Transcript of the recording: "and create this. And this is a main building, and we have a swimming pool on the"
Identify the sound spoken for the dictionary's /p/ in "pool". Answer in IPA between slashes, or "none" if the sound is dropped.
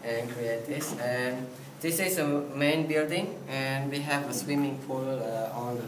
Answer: /f/